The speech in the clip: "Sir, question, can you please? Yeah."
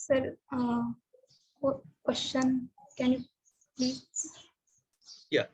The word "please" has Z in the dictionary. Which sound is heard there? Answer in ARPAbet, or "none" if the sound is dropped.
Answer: none